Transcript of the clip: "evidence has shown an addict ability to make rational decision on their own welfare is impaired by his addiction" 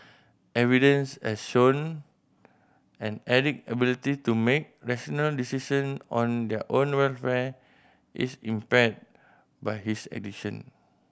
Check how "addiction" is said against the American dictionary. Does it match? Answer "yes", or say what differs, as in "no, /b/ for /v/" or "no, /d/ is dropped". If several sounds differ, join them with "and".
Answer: no, /k/ is dropped